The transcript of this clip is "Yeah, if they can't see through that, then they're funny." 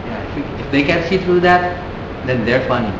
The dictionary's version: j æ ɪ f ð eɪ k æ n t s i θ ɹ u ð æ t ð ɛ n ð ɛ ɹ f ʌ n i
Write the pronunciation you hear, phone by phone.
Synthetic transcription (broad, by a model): j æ ɪ f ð eɪ k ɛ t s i t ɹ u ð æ t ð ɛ n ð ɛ ɹ f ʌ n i